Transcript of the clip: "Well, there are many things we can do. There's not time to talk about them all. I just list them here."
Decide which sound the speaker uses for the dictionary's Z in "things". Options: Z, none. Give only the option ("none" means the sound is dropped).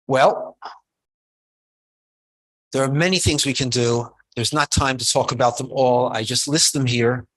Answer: Z